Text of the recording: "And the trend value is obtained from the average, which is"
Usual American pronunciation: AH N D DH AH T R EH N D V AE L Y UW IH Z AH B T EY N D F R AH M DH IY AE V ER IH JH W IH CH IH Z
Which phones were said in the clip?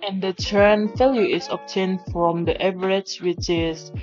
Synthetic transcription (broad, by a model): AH N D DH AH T EH N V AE L Y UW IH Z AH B T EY N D F R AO M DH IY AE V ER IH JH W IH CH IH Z